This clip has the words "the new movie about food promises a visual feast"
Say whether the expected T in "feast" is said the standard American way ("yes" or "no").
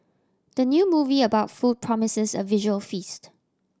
yes